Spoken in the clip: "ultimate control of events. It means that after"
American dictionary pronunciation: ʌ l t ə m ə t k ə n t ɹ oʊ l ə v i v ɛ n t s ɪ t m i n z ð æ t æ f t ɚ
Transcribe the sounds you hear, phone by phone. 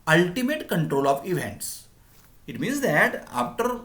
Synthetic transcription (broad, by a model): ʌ l t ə m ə t k ə n t ɹ oʊ l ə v i v ɛ n t s ɪ t m i n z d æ t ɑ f t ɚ